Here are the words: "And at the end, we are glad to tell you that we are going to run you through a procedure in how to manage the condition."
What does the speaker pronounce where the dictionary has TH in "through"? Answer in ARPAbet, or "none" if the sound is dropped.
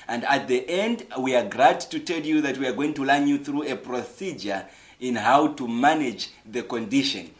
TH